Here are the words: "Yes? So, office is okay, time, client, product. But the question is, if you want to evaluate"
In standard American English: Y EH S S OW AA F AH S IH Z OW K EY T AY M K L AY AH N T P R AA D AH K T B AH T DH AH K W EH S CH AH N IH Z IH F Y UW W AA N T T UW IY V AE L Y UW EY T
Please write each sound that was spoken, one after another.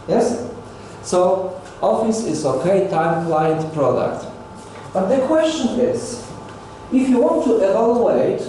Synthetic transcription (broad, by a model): Y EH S S OW AA F AH S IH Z OW K EY T AY M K L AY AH N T P R AA D AH K T B AH T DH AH K W EH S CH AH N IH Z IH F Y UW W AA N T T UW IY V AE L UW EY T